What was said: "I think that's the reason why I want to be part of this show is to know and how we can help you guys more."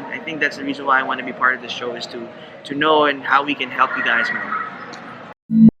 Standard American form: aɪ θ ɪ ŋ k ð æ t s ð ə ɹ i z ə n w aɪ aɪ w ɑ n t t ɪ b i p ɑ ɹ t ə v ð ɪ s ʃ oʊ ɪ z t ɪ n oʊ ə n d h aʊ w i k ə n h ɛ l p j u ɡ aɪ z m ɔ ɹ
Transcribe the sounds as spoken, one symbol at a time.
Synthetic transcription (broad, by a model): aɪ θ ɪ ŋ k ð æ t s ð ə ɹ i z ə n w aɪ aɪ w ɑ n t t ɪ b i p ɑ ɹ t ə v ð ɪ s ʃ oʊ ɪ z t ɪ n oʊ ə n h aʊ w i k ə n h ɛ l p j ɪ ɡ aɪ z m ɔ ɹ